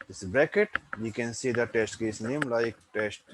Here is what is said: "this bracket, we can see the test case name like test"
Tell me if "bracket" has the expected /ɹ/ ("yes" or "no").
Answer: no